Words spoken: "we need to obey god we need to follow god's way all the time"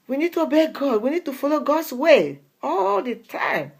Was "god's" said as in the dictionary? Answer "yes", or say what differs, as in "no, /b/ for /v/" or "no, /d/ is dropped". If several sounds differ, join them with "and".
no, /s/ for /z/